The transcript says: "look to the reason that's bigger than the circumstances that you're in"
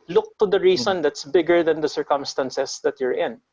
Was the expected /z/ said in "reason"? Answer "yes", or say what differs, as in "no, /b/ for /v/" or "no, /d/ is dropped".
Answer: no, /s/ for /z/